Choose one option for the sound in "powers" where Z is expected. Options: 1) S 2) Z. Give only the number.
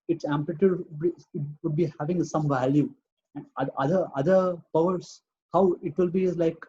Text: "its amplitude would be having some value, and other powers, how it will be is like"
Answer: 1